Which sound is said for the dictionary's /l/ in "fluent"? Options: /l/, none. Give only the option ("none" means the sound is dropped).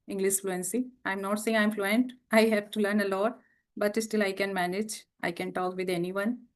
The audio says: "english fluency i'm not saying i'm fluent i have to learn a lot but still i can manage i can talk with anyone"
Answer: /l/